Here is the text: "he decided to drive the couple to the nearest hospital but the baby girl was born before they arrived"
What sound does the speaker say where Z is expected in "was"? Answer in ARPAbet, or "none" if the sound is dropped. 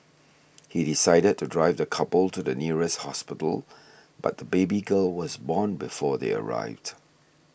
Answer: Z